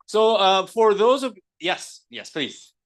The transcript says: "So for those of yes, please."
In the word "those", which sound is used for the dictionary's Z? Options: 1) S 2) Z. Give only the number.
2